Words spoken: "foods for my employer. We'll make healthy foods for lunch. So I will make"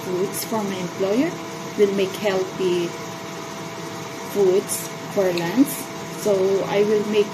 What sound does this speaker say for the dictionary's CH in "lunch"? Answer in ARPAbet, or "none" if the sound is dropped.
S